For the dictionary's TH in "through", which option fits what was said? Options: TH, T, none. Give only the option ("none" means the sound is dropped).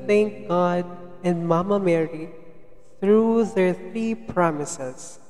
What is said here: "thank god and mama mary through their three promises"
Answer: T